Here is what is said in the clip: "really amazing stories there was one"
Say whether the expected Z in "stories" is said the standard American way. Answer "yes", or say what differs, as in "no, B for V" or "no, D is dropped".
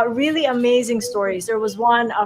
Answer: yes